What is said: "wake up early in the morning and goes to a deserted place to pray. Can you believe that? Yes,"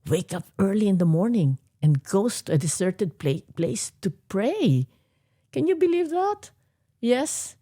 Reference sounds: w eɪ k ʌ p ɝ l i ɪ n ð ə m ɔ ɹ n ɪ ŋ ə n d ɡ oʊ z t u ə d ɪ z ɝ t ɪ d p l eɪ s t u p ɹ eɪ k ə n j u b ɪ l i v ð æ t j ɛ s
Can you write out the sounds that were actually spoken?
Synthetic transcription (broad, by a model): w eɪ k ʌ p ɝ l i ɪ n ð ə m ɔ ɹ n ɪ ŋ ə n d ɡ oʊ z t u ə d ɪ s ɝ t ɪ d p l eɪ s t u p ɹ eɪ k ə n j u b ɪ l i v ð æ t j ɛ s